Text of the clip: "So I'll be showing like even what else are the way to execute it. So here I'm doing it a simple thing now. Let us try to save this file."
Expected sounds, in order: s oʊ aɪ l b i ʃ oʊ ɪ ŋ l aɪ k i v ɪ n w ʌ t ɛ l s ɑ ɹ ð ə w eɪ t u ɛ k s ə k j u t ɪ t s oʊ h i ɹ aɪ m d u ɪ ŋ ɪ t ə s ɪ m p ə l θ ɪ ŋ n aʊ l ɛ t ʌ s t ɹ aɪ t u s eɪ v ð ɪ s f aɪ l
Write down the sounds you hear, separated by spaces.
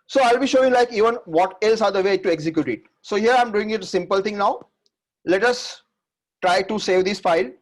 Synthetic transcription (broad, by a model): s oʊ aɪ l b i ʃ oʊ ɪ ŋ l aɪ k i v ɪ n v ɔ t ɛ l s ɑ ɹ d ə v eɪ t u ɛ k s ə k j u t ɪ t s oʊ h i ɹ aɪ m d u ɪ ŋ ɪ t ə s ɪ m p ə l t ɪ ŋ n aʊ l ɛ t ʌ s t ɹ aɪ t u s eɪ v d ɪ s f aɪ l